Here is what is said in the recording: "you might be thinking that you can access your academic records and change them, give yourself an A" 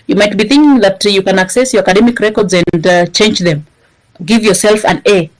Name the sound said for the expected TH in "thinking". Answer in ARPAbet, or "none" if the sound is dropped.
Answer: TH